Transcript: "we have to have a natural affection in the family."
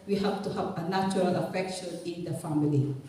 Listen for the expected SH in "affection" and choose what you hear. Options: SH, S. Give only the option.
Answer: SH